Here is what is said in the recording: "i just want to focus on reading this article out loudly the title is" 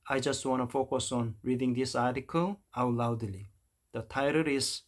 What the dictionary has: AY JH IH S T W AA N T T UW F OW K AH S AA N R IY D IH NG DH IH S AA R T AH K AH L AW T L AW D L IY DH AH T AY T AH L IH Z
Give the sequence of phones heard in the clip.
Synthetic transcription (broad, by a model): AY JH IH S T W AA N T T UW F OW K AH S AA N R IY D IH NG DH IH S AA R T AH K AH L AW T L AW D L IY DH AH T AY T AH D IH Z